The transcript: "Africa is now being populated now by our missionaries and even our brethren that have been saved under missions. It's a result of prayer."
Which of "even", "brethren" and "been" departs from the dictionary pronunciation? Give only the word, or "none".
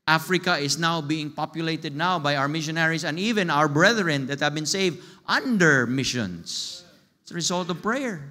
none